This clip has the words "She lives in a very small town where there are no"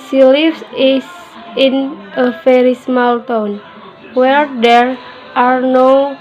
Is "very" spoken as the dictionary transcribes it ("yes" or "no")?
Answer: no